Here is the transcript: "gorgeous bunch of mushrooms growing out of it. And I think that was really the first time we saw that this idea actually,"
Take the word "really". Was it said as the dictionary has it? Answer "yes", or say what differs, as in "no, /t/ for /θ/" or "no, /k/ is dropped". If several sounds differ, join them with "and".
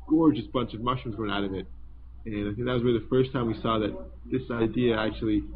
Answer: no, /w/ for /ɹ/